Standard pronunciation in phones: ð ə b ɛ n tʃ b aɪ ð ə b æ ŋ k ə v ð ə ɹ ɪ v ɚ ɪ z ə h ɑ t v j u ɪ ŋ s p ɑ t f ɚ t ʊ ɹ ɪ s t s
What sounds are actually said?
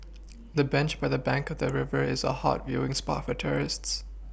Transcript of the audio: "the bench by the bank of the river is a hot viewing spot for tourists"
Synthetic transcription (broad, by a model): ð ə b ɛ n tʃ b aɪ ð ə b æ ŋ k ə v ð ə ɹ ɪ v ɚ ɪ z ə h ɑ t v j u ɪ ŋ s p ɑ t f ɚ t ʊ ɹ ɪ s t s